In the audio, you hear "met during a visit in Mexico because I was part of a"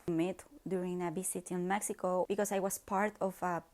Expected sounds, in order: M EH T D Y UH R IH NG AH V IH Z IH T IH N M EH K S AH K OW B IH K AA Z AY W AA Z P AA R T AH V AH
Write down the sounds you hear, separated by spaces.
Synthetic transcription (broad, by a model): M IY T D Y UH R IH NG AH B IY S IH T IH N M EH K S AH K OW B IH K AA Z AY W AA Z P AA R T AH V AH